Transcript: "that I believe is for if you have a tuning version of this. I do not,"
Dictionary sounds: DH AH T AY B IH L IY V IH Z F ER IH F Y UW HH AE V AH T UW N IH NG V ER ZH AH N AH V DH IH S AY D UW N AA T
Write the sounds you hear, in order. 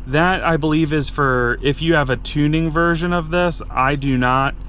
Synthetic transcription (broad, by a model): DH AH T AY B IH L IY V IH Z F ER IH F Y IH V AH T UW N IH NG V ER ZH AH N AH V DH IH S AY D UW N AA T